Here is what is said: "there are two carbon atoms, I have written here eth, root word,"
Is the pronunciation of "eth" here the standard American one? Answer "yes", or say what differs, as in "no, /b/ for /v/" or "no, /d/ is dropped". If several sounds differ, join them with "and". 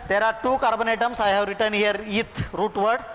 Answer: no, /t/ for /θ/